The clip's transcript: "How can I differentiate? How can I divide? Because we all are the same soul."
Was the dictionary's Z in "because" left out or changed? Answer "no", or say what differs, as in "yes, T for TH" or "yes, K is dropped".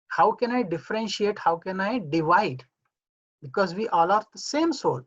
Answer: no